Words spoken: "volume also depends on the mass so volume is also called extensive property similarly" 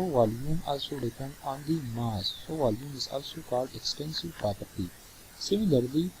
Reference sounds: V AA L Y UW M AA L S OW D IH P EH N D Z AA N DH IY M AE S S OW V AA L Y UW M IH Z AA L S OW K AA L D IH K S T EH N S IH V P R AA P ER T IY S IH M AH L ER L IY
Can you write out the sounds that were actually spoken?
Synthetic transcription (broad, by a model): V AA L Y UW M AA L S OW D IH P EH N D AA N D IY M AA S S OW V AA L Y UW M IH Z AA L S OW K AA L D IH K S T EH N S IH V P R AA P ER T IY S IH M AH L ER L IY